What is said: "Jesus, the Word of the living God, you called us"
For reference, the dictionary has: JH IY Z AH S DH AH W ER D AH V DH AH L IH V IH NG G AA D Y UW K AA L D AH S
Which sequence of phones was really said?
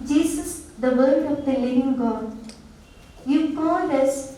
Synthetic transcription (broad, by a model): JH IY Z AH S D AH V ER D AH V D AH L IH V IH NG G AA D Y UW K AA N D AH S